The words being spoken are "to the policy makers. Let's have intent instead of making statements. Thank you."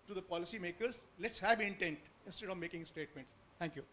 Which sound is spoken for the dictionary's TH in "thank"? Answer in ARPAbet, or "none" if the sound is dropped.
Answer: T